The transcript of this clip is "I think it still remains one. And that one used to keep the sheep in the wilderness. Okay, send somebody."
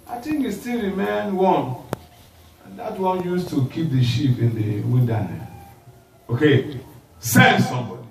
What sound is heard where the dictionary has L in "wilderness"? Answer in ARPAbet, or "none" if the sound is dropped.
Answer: N